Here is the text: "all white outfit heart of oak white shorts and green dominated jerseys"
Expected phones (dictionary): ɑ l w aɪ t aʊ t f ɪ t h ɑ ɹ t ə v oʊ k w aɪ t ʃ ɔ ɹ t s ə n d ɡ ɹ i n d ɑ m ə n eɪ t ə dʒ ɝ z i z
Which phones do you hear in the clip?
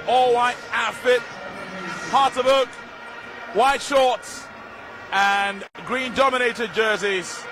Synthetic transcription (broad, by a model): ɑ l w aɪ t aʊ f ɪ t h ɑ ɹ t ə b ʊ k w aɪ t ʃ ɔ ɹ t s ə n ɡ ɹ i n d ɑ m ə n eɪ t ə dʒ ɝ z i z